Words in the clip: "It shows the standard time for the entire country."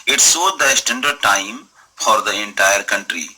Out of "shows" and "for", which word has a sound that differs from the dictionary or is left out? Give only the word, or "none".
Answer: shows